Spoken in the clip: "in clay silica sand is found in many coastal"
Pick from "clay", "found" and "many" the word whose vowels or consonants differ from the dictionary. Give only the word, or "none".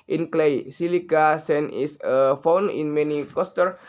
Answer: found